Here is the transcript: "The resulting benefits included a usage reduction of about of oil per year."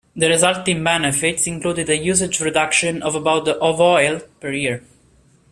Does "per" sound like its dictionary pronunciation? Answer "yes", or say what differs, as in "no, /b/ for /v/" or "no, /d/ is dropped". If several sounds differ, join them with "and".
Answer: yes